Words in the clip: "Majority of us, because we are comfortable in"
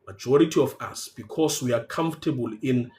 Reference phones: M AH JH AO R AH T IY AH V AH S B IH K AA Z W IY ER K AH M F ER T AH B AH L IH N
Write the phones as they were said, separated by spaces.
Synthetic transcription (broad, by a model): M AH JH AO R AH T IY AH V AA S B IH K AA S W IY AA K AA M F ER T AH B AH L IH N